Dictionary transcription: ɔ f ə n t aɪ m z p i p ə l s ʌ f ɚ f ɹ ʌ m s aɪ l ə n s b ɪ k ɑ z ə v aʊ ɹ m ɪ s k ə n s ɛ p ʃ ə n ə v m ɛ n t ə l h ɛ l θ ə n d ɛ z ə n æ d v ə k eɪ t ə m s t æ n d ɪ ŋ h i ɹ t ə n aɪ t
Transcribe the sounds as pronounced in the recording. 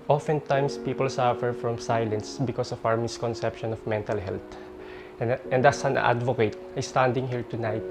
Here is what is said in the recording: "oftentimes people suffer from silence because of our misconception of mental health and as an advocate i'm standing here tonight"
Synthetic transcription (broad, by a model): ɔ f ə n t aɪ m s p i p ə l s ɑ f ɚ f ɹ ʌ m s aɪ l ə n s b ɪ k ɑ s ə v aʊ ɹ m ɪ s k ə n s ɛ p ʃ ə n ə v m ɛ n t ə l h ɛ l t ə n d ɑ s ə n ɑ d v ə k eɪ t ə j s t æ n d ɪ ŋ h i ɹ t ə n aɪ t